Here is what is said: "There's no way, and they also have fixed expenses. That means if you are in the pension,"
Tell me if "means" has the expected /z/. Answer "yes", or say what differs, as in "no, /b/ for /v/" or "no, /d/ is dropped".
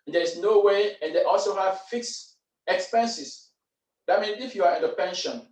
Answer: no, /z/ is dropped